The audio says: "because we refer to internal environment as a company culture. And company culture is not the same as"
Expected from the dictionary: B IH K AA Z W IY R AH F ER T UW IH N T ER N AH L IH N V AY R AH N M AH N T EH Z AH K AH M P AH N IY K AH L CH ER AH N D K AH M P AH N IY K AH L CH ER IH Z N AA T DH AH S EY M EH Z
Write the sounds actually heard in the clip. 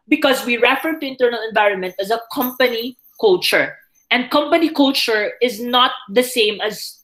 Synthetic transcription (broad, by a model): B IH K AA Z W IY R AH F ER T UW IH N T ER N AH L IH N V AY R AH N M AH N T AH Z AH K AH M P AH N IY K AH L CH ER AH N D K AH M P AH N IY K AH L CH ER IH Z N AA T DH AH S EY M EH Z